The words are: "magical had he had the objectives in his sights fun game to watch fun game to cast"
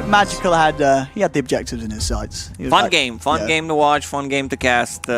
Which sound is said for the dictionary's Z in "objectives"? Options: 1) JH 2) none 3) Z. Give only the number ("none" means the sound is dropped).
3